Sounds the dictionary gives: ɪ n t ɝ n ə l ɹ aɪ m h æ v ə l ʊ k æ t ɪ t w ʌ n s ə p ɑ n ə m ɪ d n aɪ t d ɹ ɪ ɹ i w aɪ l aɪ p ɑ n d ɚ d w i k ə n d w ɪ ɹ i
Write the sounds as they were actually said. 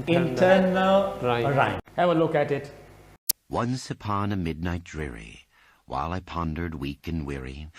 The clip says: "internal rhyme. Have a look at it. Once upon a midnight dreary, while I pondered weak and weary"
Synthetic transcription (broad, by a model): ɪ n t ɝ n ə l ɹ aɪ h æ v ə l ʊ k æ t ɪ t w ʌ n s ə p ɑ n ə m ɪ d n aɪ t d ɹ ɪ ɹ i w aɪ l aɪ p ɑ n d ɚ d w i k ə n w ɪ ɹ i